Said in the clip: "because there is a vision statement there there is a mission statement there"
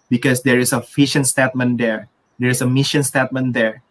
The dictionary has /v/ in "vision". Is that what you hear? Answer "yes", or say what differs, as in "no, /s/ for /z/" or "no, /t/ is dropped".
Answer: no, /f/ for /v/